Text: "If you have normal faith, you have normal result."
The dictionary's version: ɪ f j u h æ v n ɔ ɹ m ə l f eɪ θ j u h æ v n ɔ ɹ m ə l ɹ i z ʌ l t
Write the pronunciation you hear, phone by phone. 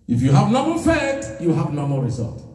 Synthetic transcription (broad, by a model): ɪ f j u h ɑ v n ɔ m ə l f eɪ t j u h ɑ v n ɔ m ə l ɹ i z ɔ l t